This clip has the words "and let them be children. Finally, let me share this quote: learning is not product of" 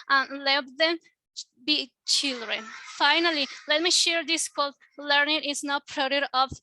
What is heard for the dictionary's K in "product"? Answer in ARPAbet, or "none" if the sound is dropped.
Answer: none